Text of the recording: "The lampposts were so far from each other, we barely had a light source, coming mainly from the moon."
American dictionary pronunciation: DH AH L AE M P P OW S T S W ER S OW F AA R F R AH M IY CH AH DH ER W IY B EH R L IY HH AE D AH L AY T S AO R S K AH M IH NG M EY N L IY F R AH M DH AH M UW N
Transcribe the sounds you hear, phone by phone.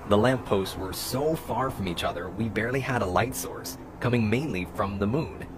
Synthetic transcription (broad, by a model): DH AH L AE M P P OW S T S W ER S OW F AA R F R AH M IY CH AH DH ER W IY B EH R L IY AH D AH L AY T S AO R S K AH M IH NG M EY N L IY F R AH M DH AH M UW N